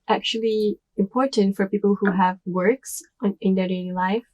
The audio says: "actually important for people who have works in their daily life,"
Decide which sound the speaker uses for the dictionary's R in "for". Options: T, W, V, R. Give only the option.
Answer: R